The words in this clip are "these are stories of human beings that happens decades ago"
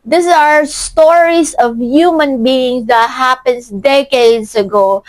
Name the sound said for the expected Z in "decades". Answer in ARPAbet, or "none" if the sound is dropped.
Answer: S